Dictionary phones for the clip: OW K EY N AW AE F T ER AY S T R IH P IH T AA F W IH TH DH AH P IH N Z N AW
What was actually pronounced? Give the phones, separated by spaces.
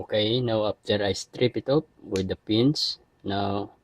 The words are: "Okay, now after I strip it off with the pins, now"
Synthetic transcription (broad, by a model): K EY N AW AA P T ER AY S T R IH P IH T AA P W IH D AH P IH N S N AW